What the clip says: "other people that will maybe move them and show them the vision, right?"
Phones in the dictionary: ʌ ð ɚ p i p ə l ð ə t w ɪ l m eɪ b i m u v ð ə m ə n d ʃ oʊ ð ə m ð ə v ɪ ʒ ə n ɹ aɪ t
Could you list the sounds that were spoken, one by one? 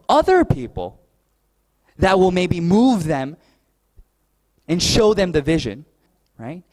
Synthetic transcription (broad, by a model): ʌ ð ɚ p i p l ð ə t w ɪ l m eɪ b i m u v ð ə m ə n ʃ oʊ ð ə m ð ə v ɪ ʒ ə n ɹ aɪ t